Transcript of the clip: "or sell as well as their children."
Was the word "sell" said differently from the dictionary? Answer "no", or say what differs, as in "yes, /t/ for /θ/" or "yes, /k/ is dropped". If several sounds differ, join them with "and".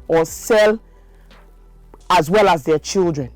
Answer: no